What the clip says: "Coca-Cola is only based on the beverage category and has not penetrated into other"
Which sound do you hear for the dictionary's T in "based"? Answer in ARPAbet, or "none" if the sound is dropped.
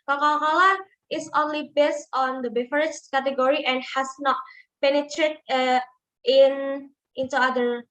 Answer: T